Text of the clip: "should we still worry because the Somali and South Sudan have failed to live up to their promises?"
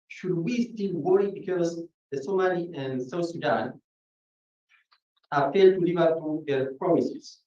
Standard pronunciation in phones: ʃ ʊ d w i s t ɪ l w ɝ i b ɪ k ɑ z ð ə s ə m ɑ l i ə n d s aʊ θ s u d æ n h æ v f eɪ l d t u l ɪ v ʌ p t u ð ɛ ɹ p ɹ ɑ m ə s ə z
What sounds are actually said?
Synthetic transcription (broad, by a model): ʃ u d w i s t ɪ l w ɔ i b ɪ k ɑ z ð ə s ə m ɑ l i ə n s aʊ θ s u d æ n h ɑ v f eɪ d t u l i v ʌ t u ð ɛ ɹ p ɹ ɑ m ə s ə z